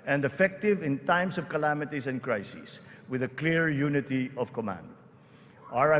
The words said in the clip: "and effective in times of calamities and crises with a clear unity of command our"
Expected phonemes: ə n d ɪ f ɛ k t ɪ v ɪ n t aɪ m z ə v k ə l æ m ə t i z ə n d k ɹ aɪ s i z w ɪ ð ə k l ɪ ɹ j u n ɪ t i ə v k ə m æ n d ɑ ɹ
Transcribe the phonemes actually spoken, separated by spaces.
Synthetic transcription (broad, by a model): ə n d ɪ f ɛ k t ɪ v ɪ n t aɪ m s ə v k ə l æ m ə t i s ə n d k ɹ aɪ s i s w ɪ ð ə k l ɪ ɹ j u n ɪ t i ə v k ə m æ n d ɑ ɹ